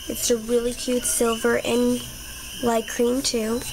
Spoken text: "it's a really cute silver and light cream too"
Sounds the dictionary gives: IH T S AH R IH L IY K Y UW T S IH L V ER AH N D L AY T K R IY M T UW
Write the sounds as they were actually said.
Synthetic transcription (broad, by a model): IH T S AH R IH L IY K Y UW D S IH L V ER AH N L AY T K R IY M T UW